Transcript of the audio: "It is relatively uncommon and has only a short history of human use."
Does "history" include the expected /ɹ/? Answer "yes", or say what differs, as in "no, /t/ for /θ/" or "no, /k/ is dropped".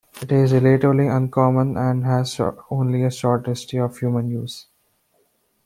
no, /ɹ/ is dropped